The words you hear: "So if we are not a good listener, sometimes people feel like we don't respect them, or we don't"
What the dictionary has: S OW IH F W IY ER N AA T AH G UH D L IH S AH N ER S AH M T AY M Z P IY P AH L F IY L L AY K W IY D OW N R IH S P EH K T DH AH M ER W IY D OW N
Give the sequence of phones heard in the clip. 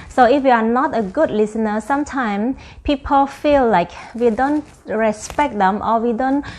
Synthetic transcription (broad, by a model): S OW IH F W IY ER N AA T AH G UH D L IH S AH N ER S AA M T AY M P IY P AH L F IY L L AY K W IY D OW N R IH S P EH K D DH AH M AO W IY D OW N